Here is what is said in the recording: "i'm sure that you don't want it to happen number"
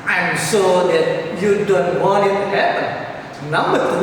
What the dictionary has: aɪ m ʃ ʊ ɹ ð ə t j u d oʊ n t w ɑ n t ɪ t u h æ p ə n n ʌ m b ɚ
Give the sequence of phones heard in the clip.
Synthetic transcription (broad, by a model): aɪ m s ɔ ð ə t j u d oʊ n t w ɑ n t ɪ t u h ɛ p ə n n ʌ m b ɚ